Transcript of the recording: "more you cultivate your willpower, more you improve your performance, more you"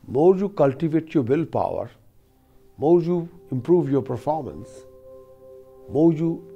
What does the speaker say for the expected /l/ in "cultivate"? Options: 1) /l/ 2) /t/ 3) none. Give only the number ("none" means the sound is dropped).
1